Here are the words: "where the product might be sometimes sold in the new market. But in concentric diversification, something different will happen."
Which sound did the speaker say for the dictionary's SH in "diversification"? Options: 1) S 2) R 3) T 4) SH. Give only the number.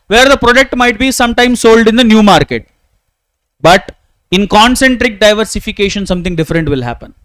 4